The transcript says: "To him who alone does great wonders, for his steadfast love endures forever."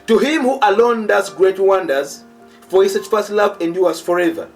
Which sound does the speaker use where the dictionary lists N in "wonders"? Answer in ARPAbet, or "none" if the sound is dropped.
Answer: N